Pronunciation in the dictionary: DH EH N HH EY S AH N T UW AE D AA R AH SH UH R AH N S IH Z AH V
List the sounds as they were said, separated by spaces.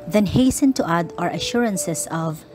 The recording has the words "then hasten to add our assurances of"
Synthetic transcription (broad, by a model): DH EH N HH EY S AH N T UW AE D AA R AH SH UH R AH N S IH S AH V